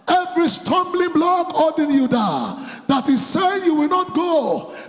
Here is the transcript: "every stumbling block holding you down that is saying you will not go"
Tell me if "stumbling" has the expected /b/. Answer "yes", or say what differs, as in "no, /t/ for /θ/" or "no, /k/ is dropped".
yes